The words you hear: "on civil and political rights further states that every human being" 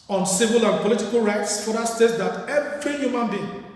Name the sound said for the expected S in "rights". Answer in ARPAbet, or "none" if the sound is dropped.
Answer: S